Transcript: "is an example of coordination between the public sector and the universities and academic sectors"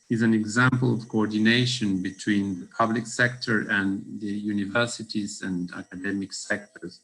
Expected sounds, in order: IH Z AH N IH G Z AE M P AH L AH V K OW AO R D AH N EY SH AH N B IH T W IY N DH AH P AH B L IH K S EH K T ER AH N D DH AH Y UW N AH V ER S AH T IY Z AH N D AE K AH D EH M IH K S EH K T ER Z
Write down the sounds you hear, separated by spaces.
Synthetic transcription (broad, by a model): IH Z AH N IH G Z AE M P AH L AH V K OW AO R D AH N EY SH AH N B IH T W IY N DH AH P AH B L IH K S EH K T ER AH N DH AH Y UW N AH V ER S AH T IY Z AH N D AE K AH D EH M IH K S EH K T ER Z